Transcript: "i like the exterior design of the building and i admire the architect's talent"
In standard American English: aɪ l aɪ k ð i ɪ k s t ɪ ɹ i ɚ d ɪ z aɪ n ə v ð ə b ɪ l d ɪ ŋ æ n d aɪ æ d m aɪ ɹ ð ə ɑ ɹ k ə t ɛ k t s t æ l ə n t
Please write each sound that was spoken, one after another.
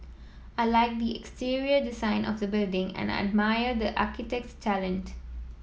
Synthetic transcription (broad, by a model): aɪ l aɪ k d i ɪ k s t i ɹ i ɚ d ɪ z aɪ n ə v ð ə b ɪ l d ɪ ŋ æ n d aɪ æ d m aɪ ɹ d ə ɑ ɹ k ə t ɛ k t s t æ l ə n t